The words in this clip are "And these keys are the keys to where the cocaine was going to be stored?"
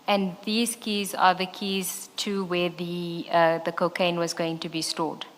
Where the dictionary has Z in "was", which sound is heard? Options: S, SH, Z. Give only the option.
Z